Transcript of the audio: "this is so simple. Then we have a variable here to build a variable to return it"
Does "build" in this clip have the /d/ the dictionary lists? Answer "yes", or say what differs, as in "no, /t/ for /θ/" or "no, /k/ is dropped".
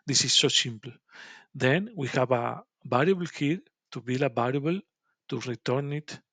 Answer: no, /d/ is dropped